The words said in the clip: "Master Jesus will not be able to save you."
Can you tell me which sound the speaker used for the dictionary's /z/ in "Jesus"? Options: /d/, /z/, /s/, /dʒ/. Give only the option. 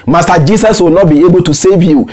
/s/